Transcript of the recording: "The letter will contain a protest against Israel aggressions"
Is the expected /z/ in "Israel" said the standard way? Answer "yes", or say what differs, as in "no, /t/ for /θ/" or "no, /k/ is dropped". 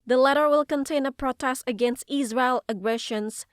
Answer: yes